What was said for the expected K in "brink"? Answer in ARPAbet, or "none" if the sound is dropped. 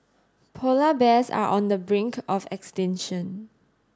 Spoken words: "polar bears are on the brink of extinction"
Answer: K